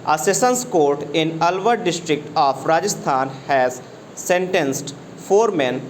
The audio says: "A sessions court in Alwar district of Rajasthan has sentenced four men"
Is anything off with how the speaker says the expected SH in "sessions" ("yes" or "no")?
yes